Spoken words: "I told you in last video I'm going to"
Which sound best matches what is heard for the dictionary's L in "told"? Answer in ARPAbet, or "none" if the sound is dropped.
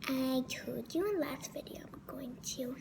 none